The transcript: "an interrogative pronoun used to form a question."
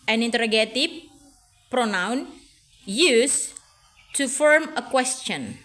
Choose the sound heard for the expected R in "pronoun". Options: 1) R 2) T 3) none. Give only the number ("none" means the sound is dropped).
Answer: 1